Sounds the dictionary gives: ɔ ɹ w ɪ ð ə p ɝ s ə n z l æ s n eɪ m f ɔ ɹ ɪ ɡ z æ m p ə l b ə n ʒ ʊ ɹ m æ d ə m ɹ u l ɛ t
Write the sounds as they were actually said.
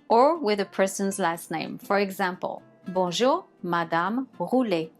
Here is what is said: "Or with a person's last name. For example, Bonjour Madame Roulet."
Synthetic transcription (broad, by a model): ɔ ɹ w ɪ ð ə p ɝ s ə n z l æ s n eɪ m f ɔ ɹ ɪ ɡ z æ m p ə l b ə ʒ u ɹ m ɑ d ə m ɹ u l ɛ